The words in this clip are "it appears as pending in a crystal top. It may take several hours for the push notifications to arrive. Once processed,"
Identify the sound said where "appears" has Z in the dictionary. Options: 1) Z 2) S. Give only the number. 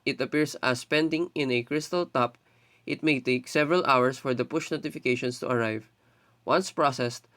2